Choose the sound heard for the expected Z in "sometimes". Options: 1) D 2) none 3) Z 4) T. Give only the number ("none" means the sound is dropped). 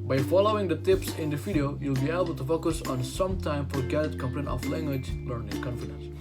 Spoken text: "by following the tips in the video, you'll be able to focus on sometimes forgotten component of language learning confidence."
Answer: 2